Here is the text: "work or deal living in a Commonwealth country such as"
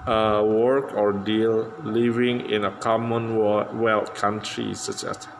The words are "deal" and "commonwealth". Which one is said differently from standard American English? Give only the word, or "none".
commonwealth